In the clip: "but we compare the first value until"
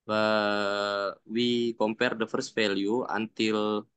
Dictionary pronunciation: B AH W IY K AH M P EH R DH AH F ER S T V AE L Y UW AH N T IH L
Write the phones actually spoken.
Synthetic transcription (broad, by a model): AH W IY K AH M P EH R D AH F ER S T F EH L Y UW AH N T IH L